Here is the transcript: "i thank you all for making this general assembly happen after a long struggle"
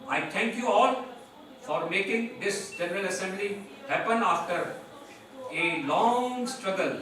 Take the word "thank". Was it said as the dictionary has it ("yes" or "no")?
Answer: no